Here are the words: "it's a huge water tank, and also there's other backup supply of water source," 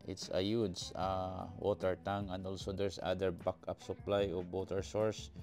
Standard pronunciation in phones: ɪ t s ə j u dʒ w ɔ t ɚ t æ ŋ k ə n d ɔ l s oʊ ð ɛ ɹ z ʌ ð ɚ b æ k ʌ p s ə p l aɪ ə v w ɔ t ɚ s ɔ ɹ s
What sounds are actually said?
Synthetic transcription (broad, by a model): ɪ t s ə j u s w ɔ t ɚ t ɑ ŋ ə n d ɔ l s oʊ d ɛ ɹ s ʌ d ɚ b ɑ k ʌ p s ə p l aɪ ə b ɔ t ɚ s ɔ ɹ s